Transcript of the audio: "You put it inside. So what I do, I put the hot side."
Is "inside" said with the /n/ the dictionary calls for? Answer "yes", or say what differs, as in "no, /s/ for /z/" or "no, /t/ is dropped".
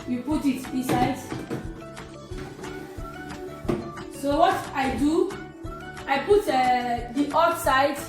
no, /n/ is dropped